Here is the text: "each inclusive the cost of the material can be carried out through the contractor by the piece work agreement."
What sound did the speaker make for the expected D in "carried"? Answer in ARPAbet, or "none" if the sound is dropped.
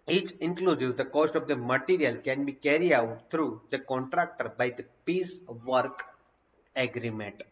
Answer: none